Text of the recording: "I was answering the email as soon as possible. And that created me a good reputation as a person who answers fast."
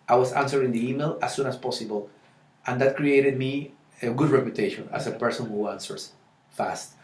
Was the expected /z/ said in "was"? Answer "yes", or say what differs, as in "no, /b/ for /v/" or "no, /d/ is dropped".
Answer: no, /s/ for /z/